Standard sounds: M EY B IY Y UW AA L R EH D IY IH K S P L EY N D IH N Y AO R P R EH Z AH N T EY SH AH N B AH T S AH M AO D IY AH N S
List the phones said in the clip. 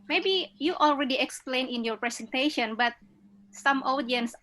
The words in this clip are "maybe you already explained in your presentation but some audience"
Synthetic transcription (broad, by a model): M EY B IY Y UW AA L R EH D IY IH K S P L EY N IH N Y AO R P R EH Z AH N T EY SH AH N B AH T S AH M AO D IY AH N S